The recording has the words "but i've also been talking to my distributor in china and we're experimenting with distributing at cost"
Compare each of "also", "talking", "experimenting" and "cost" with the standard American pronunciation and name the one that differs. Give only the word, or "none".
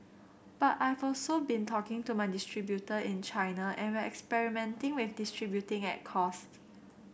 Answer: none